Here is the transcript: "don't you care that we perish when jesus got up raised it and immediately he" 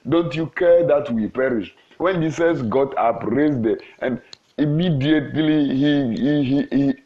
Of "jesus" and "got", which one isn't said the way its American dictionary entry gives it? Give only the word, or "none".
jesus